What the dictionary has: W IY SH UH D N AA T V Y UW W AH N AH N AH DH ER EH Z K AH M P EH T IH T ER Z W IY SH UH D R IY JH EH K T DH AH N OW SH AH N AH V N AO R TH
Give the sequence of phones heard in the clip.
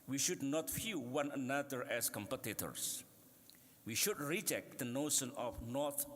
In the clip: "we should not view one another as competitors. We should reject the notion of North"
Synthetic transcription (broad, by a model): W IY SH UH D N AA T F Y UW W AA N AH N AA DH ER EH S K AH M P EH T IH T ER S W IY SH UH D R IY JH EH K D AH N OW SH AH N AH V N AO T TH